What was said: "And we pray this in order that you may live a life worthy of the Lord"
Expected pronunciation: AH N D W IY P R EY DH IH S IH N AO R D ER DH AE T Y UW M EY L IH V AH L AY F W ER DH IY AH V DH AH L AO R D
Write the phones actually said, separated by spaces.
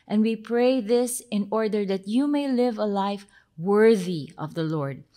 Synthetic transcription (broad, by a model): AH N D W IY P R EY DH IH S IH N AO R D ER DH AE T Y UW M EY L IH V AH L AY F W ER DH IY AH V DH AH L AO R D